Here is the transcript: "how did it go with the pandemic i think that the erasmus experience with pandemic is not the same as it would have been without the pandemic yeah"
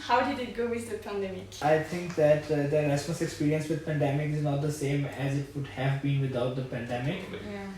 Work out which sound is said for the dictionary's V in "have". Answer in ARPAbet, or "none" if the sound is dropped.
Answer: V